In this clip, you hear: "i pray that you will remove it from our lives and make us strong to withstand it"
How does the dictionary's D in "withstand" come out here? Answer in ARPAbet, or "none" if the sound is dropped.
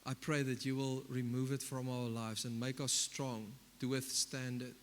D